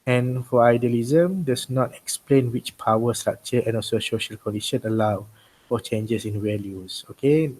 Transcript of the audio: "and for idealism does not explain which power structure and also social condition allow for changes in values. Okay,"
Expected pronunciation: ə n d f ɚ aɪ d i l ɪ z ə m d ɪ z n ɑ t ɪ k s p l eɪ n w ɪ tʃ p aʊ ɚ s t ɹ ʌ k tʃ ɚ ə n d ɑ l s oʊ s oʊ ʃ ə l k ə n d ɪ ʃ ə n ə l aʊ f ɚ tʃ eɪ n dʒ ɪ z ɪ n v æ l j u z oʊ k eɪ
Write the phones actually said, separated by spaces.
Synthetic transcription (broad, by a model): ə n f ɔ aɪ d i l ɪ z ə m d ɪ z n ɑ t ɪ k s p l eɪ n w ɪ tʃ p aʊ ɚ s t ɹ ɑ k tʃ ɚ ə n ɑ l s oʊ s oʊ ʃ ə l k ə n d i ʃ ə n ə l aʊ f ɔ tʃ eɪ n dʒ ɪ s ɪ n w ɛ l j u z oʊ k eɪ